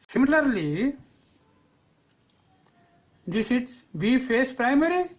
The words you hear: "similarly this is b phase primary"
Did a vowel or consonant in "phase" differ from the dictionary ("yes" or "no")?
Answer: yes